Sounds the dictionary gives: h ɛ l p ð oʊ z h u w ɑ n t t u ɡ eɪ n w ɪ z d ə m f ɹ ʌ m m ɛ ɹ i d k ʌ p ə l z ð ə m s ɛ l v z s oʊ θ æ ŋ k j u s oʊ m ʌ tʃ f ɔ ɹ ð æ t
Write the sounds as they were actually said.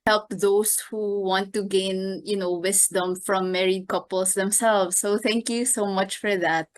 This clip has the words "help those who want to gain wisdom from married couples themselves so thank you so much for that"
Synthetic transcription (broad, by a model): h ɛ l p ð oʊ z h u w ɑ n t t u ɡ eɪ n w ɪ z d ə m f ɹ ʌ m m ɛ ɹ i d k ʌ p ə l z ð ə m s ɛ l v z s oʊ t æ ŋ k j u s oʊ m ʌ tʃ f ɔ ɹ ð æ t